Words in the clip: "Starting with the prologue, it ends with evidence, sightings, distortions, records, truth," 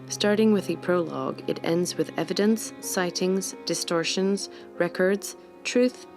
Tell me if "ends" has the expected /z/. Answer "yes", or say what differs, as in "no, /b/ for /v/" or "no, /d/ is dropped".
yes